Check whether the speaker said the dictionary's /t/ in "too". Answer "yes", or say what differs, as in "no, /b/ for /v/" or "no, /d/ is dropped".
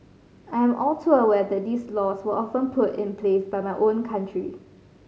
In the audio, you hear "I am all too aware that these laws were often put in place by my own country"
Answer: no, /s/ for /t/